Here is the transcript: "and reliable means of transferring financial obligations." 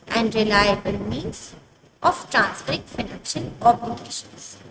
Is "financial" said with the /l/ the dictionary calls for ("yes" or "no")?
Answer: no